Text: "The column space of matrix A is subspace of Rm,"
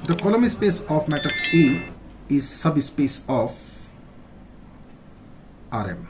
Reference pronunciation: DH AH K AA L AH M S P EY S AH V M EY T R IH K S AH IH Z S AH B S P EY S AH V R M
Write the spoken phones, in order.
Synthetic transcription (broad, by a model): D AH K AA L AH M S P EY S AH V M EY T IH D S AH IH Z S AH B S P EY S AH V R M